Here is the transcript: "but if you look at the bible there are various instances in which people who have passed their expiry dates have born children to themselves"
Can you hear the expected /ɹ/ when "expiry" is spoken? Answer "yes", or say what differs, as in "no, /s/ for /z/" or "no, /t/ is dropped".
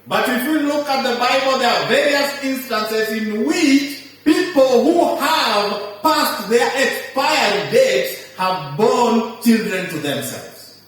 no, /ɹ/ is dropped